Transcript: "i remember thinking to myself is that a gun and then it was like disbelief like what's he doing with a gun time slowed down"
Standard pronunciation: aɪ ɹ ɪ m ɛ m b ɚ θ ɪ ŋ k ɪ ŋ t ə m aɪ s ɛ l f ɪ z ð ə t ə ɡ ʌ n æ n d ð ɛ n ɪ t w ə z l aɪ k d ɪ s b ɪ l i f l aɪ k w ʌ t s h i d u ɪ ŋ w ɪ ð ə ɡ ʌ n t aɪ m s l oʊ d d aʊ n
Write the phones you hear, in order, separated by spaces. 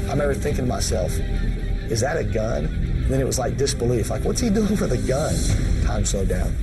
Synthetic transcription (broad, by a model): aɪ ɪ m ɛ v ɚ θ ɪ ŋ k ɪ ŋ m aɪ s ɛ l f ɪ z ð ə t ə ɡ ʌ n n ð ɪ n ɪ t w ə z l aɪ k d ɪ s b ɪ l i f l aɪ k w ʌ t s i d u ɪ ŋ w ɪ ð ə ɡ ʌ n t aɪ m s oʊ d d aʊ n